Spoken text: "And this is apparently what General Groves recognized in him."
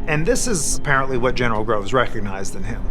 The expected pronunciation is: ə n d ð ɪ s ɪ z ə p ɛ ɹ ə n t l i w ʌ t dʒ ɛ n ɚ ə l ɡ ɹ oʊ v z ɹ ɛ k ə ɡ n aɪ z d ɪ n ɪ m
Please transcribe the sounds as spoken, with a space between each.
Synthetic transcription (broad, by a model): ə n ð ɪ s ɪ z ə p ɛ ɹ ə n t l i w ʌ t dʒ ɛ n ɚ l ɡ ɹ oʊ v z ɹ ɛ k ə ɡ n aɪ z d ɪ n ɪ m